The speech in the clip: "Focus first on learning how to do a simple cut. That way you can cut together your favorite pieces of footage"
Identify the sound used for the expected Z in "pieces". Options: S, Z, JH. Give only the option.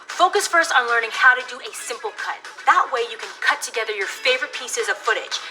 Z